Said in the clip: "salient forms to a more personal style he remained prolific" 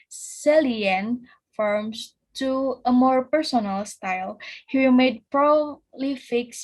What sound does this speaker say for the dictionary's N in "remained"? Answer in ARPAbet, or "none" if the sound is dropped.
none